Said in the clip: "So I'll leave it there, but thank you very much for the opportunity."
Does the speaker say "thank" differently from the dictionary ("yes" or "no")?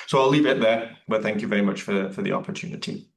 no